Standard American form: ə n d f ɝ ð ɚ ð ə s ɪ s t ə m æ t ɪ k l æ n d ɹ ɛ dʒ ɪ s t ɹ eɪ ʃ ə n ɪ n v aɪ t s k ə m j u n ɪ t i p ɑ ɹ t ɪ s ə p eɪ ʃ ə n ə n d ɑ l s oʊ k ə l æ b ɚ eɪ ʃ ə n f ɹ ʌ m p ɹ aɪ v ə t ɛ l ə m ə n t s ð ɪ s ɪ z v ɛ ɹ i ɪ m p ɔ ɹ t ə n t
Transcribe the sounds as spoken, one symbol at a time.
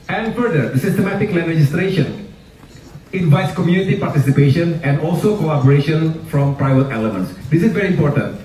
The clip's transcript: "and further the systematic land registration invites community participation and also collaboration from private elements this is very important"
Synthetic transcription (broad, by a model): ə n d f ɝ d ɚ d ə s ɪ s t ə m æ t ɪ k l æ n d ɹ ɛ dʒ ɪ s t ɹ eɪ ʃ ə n ɪ n v aɪ t s k ə m j u n ɪ t i p ɑ ɹ t ɪ s ə p eɪ ʃ ə n ə n d ɑ l s oʊ k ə æ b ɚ eɪ ʃ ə n f ɹ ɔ m p ɹ aɪ v ə t ɛ l ə m ə n t s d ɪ s ɪ z v ɛ ɹ i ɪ m p ɔ ɹ t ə n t